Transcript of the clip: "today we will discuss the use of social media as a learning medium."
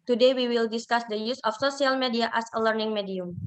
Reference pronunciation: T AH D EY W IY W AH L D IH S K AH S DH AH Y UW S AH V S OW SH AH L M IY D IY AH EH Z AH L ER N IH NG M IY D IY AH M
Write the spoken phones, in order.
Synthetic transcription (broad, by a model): T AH D EY W IY W AH L D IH S K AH S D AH Y UW S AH F S OW S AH L M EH D IY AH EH S AH L ER N IH NG M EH D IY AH M